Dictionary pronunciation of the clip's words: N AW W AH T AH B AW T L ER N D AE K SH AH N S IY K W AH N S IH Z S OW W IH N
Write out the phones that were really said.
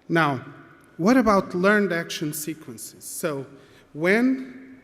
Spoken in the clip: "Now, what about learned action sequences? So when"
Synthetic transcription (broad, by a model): N AW W AH T AH B AW T L ER N D AE K SH AH N S IY K W AH N S IH Z S OW W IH N